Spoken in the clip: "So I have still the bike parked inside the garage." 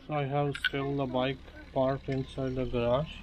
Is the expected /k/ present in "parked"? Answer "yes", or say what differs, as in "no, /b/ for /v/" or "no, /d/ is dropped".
no, /k/ is dropped